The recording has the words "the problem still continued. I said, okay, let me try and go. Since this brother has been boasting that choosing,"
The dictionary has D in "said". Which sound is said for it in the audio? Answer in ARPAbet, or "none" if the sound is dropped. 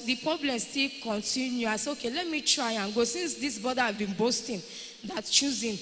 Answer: none